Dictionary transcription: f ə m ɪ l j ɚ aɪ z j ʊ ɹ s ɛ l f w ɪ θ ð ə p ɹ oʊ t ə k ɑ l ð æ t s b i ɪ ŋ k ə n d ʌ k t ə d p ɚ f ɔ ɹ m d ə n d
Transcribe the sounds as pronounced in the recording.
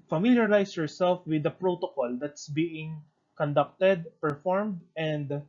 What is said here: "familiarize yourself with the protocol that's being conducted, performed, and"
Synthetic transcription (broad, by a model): f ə m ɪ l j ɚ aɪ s j ʊ ɹ s ɛ l f w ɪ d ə p ɹ oʊ t ə k ɑ l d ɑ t s b i ɪ ŋ k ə n d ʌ k t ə d p ɚ f ɔ ɹ m d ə n d